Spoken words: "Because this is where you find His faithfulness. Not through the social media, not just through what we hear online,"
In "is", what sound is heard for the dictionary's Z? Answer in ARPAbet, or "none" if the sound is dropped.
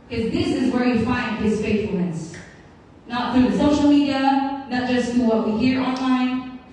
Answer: Z